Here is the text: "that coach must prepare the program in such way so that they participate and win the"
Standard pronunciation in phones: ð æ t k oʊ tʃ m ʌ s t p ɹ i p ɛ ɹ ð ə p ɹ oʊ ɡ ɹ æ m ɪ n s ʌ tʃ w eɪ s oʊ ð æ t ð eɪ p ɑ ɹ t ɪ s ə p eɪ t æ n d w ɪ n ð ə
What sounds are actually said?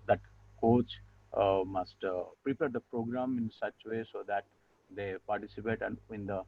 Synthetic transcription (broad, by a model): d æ t k oʊ tʃ m ʌ s t p ɹ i p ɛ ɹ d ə p ɹ oʊ ɡ ɹ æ m ɪ n s ʌ tʃ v eɪ s oʊ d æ t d eɪ p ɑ ɹ t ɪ s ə p eɪ t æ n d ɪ n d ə